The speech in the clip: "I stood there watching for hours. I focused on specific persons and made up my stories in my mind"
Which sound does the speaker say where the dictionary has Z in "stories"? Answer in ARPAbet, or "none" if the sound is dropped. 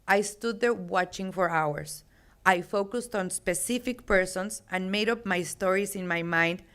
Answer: S